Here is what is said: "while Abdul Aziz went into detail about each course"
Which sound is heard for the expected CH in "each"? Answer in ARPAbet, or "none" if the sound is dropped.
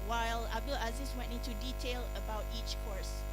CH